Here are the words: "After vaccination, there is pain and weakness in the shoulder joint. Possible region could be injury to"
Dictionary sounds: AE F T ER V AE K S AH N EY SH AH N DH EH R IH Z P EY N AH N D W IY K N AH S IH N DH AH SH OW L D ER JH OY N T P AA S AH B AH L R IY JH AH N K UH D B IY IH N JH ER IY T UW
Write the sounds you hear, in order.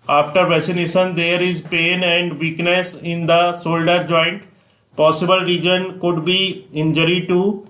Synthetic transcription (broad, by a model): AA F T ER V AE S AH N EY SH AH N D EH R IH Z P EY N AH N D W IY K N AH S IH N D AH S OW L D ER JH OY N T P AA S AH B AH L R IY JH AH N K UH D B IY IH N JH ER IY T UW